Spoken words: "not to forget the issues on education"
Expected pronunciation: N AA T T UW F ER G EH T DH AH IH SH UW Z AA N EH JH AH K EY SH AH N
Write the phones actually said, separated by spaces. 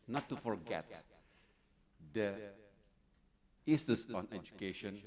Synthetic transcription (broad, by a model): N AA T T UW F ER G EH T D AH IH S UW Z AA N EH JH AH K EY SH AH N